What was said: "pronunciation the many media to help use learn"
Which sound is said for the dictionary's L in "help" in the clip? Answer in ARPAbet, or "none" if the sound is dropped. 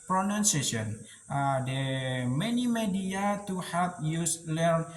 none